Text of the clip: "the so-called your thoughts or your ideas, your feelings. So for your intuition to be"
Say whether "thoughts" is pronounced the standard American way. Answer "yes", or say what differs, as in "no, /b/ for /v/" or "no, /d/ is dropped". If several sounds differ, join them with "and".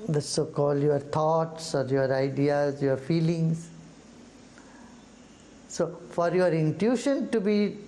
no, /t/ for /θ/